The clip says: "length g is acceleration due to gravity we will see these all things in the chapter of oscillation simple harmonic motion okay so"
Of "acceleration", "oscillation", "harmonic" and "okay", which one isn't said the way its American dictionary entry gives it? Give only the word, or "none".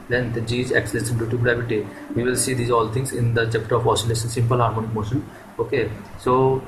acceleration